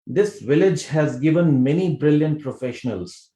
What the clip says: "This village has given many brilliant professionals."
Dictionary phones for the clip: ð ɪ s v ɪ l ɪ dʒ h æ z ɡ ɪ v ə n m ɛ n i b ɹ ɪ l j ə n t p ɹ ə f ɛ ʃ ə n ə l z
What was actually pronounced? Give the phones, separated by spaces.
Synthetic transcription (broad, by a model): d ɪ s v ɪ l ɪ dʒ h æ z ɡ ɪ v ə n m ɛ n i b ɹ ɪ l j ə n t p ɹ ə f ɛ ʃ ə n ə l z